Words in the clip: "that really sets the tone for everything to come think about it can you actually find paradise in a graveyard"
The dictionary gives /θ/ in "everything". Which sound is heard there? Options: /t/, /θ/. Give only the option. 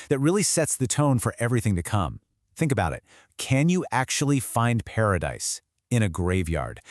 /θ/